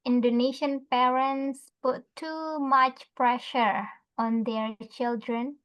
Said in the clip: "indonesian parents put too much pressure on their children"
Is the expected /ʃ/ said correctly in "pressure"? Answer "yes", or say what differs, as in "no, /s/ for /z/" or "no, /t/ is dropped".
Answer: yes